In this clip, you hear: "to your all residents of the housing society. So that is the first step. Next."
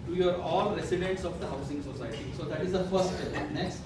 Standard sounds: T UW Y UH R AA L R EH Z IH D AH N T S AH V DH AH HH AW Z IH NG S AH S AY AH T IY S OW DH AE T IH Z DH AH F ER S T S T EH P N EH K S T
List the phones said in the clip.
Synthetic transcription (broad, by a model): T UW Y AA R AA L R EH S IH D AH N T S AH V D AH HH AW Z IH NG S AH S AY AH T IY S OW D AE T IH Z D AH F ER T S T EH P N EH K S T